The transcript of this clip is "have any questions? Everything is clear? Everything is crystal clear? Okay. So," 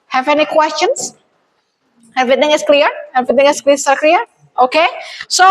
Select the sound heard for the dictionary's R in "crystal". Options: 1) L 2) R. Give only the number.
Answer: 1